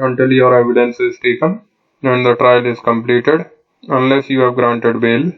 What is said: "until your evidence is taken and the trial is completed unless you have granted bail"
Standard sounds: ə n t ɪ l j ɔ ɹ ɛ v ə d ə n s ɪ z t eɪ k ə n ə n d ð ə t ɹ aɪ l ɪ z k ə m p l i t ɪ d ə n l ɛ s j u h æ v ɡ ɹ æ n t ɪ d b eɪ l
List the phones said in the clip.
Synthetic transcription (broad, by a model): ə n t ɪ l j ɔ ɹ ɛ v ə d ə n s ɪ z t eɪ k ə n ə n d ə t ɹ aɪ l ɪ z k ə m p l i t ɪ d ə n l ɛ s j u h æ v ɡ ɹ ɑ n t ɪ d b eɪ l